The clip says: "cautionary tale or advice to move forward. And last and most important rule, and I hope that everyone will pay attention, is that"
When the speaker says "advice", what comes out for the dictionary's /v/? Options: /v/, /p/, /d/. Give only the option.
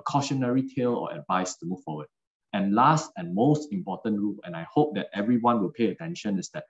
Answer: /v/